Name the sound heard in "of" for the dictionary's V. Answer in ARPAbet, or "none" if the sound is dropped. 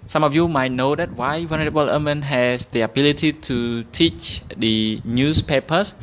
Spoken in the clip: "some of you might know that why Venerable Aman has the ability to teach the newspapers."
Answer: F